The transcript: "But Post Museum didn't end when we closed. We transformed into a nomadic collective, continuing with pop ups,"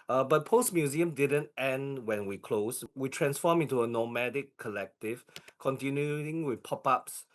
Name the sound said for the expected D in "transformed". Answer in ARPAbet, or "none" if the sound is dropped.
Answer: none